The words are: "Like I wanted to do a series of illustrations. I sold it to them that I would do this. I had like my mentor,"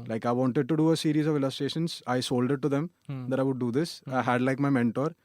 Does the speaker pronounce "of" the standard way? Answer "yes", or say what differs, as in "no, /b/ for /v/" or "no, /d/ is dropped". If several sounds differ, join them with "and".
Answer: yes